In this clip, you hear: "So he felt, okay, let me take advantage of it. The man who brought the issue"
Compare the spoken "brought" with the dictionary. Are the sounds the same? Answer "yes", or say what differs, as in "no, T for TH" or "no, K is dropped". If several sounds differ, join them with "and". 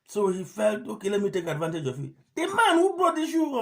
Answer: no, R is dropped